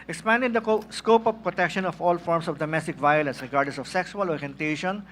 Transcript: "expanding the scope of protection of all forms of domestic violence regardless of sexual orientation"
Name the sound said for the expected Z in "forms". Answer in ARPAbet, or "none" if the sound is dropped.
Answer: S